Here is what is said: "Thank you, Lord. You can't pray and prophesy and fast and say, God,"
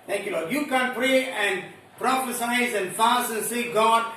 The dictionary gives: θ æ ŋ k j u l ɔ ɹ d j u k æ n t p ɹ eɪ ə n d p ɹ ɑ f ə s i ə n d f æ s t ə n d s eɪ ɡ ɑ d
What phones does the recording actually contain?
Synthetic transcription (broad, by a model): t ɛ ŋ k j u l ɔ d j u k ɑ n p ɹ eɪ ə n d p ɹ ɑ f ə s i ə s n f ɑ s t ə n s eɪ ɡ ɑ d